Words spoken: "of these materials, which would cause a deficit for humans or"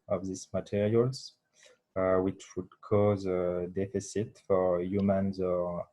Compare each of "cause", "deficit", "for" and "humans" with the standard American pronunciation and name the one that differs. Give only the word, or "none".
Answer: none